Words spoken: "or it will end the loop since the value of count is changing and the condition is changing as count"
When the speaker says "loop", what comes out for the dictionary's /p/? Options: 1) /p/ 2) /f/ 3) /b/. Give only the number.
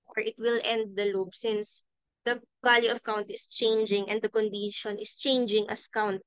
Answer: 3